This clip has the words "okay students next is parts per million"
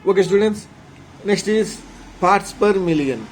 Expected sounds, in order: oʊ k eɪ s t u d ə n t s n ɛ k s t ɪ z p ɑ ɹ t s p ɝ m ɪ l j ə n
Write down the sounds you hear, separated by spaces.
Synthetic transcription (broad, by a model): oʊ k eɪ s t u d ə n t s n ɛ k s t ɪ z p ɑ ɹ t s p ɝ m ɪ l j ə n